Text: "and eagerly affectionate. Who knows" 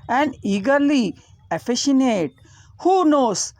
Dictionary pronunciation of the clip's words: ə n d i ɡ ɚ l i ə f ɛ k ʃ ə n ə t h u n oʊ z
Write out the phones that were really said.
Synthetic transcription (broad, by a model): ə n d i ɡ ɚ l i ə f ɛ ʃ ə n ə t h u n oʊ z